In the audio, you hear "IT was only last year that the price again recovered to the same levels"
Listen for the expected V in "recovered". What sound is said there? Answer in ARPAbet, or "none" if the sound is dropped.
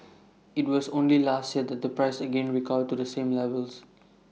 none